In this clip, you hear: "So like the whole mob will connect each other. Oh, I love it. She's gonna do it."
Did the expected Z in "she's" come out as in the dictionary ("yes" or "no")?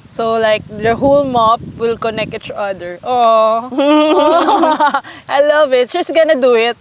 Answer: no